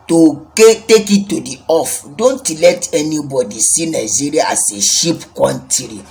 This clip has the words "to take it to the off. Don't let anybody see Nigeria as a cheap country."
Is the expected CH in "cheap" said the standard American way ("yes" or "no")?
no